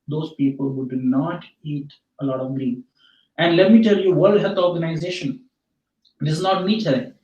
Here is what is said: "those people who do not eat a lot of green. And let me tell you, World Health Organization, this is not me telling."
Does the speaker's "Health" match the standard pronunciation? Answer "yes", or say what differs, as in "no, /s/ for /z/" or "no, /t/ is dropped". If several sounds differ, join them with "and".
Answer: no, /t/ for /θ/